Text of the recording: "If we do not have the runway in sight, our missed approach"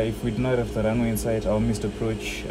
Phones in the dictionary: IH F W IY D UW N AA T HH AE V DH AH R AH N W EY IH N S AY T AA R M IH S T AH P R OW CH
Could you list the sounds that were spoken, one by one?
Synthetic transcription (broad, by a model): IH F W IY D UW N AA T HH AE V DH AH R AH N W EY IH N S AY T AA L M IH S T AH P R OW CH